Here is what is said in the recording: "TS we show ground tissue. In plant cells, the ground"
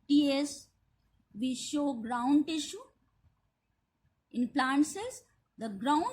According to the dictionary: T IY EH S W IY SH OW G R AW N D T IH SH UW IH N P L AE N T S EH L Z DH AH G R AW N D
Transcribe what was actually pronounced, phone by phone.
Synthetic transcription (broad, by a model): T IY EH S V IY SH OW G R AW N D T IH SH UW IH N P L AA N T S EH Z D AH G R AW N